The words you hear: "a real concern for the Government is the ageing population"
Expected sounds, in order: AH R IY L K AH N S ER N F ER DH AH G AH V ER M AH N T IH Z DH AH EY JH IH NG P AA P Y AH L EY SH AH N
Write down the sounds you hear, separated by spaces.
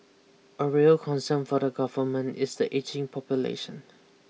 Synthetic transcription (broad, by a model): AH R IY L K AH N S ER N F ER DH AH G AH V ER M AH N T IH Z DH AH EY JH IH NG P AA P Y AH L EY SH AH N